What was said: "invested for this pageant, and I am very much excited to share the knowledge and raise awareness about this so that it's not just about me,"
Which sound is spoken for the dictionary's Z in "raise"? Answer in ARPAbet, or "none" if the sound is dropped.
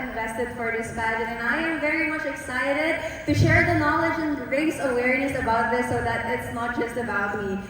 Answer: S